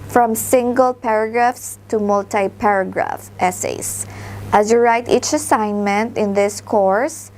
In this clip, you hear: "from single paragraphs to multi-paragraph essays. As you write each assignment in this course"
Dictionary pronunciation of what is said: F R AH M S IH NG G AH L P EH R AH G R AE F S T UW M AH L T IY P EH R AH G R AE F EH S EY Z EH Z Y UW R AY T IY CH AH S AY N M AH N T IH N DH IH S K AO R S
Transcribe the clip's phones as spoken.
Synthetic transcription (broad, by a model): F R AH M S IH NG G AH L P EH R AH G R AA F S T UW M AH L T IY P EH R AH G R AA F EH S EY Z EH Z Y UW R AY T IY CH AH S AY N M AH N T IH N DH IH S K AO R S